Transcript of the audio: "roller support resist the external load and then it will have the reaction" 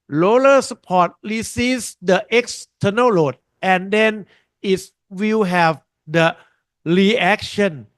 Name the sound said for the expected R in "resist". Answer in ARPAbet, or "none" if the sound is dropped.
L